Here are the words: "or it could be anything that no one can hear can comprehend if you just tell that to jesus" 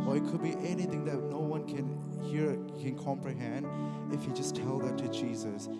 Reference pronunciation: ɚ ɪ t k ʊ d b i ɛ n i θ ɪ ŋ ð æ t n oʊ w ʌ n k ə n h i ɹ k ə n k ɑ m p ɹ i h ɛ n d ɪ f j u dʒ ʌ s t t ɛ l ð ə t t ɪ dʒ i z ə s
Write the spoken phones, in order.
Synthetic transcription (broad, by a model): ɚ ɪ t k ʊ d b i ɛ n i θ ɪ ŋ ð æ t n oʊ w ʌ n k ə n h i ɹ k ə n k ɑ m p ɹ i h ɛ n d ɪ f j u dʒ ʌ s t t ɛ l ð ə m t ɪ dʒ i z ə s